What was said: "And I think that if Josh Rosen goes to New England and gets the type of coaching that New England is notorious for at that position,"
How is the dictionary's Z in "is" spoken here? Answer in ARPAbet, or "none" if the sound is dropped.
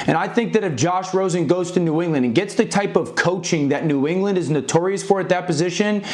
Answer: Z